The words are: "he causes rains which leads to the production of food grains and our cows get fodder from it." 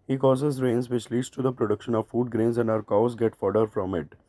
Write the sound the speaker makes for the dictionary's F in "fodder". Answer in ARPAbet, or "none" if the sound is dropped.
F